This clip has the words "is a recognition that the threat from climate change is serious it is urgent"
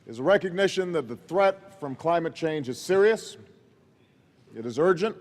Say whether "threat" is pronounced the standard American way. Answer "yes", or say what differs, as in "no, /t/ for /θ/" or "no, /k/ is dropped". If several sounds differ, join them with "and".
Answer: yes